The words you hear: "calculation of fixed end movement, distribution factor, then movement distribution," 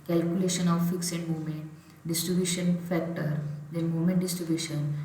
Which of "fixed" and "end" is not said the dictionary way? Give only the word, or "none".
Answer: fixed